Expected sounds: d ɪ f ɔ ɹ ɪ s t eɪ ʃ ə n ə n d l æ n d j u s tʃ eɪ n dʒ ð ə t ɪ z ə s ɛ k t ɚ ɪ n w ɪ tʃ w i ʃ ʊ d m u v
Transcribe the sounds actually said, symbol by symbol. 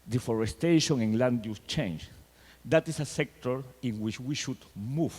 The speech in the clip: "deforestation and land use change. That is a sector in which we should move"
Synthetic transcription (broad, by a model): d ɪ f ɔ ɹ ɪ s t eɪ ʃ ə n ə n l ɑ n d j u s tʃ eɪ n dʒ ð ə t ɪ s ə s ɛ k t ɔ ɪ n w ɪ tʃ w i ʃ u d m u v